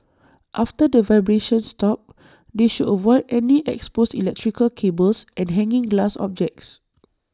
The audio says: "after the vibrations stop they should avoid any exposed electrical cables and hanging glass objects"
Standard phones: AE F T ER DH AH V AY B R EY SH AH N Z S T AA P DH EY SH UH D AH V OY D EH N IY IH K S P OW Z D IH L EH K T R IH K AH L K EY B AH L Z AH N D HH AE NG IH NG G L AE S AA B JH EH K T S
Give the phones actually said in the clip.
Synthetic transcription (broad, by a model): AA F T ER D AH V AY B R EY SH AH N S T AA P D EY SH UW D AH V OY D EH N IY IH K S P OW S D IH L EH K T R IH K AH L K EY B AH L S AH N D HH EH NG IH NG G L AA S AA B JH EH K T S